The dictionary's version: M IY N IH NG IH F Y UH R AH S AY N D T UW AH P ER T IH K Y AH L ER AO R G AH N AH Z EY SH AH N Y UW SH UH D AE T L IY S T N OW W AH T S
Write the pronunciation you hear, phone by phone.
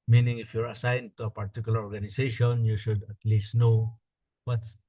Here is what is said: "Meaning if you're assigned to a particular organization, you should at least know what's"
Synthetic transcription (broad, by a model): M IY N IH NG IH F Y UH R AH S AY N D T UW AH P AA T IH K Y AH L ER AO R G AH N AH S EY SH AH N Y UW SH UH D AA T L IY S T N OW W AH T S